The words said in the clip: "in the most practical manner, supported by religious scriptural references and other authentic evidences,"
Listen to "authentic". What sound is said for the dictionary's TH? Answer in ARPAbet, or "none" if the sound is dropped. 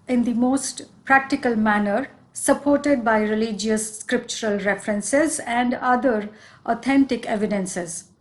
T